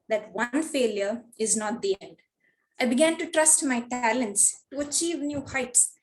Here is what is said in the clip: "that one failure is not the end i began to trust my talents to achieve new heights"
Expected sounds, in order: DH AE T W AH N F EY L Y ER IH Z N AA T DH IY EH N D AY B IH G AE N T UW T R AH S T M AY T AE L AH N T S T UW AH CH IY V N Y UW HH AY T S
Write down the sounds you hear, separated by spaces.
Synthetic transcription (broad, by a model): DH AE T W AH N F EY L Y ER IH Z N AA T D IY EH N D AY B IH G AE N T UW T R AH S T M AY T AE L AH N T S T UW AH CH IY V N Y UW HH AY T S